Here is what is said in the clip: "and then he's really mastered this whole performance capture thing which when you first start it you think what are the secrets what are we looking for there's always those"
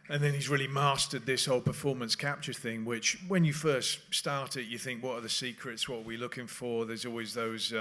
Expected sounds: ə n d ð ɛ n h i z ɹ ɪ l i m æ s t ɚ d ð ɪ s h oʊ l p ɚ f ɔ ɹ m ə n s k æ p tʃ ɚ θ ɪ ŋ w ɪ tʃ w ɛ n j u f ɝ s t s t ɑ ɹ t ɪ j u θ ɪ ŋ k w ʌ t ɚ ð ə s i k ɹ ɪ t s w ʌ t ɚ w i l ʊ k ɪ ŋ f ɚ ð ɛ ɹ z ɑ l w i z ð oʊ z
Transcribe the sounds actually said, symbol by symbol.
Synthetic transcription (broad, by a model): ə n ð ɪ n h i z ɹ ɪ l i m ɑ s t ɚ d ð ɪ s h oʊ l p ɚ f ɔ ɹ m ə n s k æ p tʃ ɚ θ ɪ ŋ w ɪ tʃ w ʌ n j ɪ f ɝ s t s t ɑ ɹ t ɪ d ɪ θ ɪ ŋ k w ʌ t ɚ ð ə s i k ɹ ɪ t s w ʌ t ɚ w i l ʊ k ɪ ŋ f ɚ ð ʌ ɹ z ɑ l w i z ð oʊ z